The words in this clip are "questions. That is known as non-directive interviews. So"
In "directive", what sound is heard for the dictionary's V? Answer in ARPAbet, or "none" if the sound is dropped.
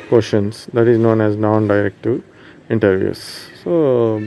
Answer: none